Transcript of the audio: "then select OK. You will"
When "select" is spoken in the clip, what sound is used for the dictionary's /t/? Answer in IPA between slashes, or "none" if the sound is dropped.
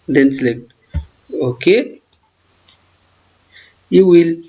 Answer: none